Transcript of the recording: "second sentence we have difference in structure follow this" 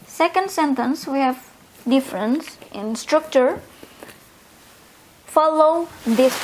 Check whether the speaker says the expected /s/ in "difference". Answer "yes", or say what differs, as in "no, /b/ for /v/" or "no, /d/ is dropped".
yes